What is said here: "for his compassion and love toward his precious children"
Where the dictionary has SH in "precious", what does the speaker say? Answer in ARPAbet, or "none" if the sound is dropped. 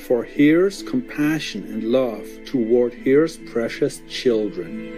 SH